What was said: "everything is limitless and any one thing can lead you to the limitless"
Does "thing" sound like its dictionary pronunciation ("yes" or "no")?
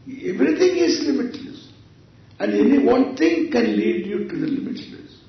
no